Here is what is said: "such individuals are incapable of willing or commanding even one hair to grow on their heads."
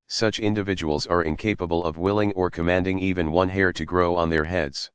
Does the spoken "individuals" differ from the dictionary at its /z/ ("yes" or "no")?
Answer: no